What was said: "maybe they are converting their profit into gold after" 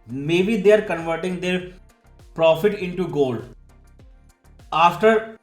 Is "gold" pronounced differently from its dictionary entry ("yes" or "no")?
yes